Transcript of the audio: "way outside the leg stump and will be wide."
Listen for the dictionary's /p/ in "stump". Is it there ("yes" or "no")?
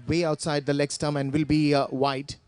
no